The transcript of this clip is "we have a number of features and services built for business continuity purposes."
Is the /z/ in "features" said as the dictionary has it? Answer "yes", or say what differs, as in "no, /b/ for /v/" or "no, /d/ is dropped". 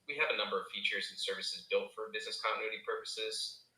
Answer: yes